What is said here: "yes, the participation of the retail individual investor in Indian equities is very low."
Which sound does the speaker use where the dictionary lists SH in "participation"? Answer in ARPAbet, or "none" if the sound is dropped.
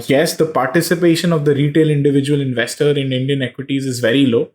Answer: SH